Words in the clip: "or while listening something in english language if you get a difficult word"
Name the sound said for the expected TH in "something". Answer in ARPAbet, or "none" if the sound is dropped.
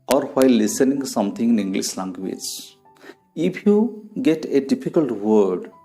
T